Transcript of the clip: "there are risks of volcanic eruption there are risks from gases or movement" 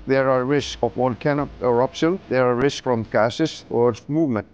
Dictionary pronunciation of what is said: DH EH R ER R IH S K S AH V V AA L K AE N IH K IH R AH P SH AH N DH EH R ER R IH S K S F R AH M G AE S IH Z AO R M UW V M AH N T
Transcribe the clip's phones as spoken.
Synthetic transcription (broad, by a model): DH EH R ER R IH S S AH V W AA N K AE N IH IH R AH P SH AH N DH EH R R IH S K F R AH M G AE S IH S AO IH M UW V M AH N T